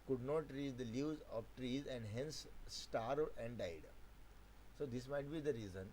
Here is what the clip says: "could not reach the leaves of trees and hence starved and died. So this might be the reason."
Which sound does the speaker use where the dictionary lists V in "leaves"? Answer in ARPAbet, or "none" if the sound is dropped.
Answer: none